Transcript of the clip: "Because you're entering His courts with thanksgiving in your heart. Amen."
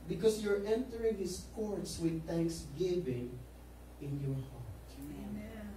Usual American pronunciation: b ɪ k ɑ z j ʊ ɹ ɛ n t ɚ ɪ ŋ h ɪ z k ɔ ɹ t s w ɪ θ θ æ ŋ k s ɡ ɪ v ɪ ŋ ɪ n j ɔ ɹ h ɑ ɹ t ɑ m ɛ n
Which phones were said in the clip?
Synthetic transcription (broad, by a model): b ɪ k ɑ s j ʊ ɹ ɛ n t ɚ ɪ ŋ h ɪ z k ɔ ɹ t s w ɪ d θ æ ŋ k s ɡ ɪ v ɪ ŋ ɪ n j ɔ ɹ h ɑ ɹ t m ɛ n